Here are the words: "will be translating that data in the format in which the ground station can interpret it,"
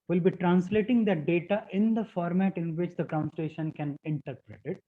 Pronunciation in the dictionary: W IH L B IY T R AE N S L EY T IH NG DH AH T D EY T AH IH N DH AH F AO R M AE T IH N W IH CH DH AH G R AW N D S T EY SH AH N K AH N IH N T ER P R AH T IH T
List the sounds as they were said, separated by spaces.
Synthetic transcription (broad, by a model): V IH L B IY T R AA N S L EY T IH NG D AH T D EY T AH IH N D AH F AO R M AE T IH N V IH CH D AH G R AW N S T EY SH AH N K AH N IH N T ER P R AH T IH T